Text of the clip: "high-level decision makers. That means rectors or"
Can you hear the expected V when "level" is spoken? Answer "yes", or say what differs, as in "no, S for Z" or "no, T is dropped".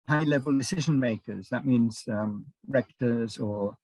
yes